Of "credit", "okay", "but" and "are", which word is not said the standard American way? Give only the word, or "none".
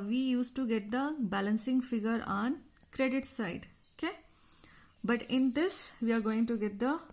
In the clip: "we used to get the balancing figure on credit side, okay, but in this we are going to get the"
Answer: none